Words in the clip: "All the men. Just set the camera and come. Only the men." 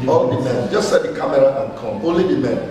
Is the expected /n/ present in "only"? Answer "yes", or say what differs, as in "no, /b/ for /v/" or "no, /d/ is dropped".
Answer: no, /n/ is dropped